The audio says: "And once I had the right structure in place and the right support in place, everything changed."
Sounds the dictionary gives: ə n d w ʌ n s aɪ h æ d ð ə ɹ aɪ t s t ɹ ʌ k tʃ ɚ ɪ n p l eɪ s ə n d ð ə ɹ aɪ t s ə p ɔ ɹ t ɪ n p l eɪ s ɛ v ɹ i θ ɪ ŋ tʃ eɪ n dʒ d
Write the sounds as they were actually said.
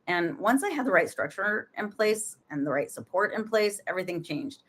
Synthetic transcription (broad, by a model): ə n w ʌ n s aɪ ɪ d ð ə ɹ aɪ t s t ɹ ʌ k tʃ ɚ ɪ n p l eɪ s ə n ð ə ɹ aɪ t s ə p ɔ ɹ t ɪ n p l eɪ s ɛ v ɹ i θ ɪ ŋ tʃ eɪ n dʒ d